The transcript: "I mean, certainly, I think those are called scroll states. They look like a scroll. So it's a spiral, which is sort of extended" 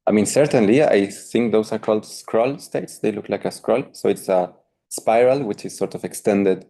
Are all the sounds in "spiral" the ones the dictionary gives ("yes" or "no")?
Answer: yes